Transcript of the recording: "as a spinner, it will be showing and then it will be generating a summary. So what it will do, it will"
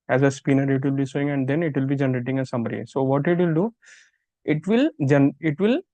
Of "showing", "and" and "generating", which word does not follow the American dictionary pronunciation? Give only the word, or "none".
showing